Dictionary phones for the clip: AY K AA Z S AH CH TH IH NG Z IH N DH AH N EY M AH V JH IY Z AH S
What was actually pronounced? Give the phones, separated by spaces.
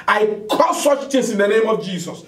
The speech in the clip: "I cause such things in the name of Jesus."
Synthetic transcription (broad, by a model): AY K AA S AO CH T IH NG S IH N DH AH N EY M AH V JH IY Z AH S